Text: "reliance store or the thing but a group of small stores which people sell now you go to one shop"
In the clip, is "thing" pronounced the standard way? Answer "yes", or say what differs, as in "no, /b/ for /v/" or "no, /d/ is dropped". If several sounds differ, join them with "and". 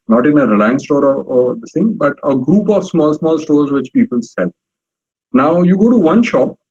no, /s/ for /θ/